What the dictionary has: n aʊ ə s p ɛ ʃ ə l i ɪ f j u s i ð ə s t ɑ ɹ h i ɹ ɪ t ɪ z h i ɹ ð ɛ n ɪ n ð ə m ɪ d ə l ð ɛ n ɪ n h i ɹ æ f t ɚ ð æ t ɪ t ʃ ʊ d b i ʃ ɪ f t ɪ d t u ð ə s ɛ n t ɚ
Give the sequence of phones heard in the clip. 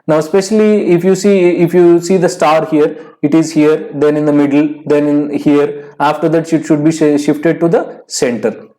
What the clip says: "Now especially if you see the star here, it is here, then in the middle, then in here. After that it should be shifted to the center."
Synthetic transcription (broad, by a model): n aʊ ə s p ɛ ʃ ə l i ɪ f j u s i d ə s t ɑ ɹ h i ɹ ɪ t ɪ z h i ɹ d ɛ n ɪ n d ə m ɪ d ə l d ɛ n ɪ n h i ɹ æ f t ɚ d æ t ɪ t ʃ ʊ d b i ʃ ɪ f t ɪ d t u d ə s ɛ n t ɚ